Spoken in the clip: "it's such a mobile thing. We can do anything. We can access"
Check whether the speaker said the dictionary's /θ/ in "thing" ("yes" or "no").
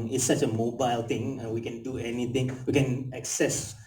no